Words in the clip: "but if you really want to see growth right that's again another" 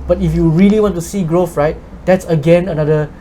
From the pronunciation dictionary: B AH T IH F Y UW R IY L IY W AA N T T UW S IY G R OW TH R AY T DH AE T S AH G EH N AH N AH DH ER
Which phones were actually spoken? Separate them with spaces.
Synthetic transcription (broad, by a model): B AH T IH F Y UW R IY L IY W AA N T T UW S IY G R OW F R AY T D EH T S AH G EH N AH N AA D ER